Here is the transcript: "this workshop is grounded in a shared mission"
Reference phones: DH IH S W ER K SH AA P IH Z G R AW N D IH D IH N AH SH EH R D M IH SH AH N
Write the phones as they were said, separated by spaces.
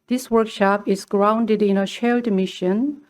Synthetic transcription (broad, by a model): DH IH S W ER K SH AA P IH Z G R AW N D IH D IH N AH SH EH L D M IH SH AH N